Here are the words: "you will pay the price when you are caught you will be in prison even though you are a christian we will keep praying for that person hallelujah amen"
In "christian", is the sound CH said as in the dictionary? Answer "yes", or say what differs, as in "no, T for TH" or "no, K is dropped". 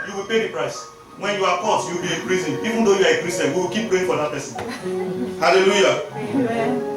no, CH is dropped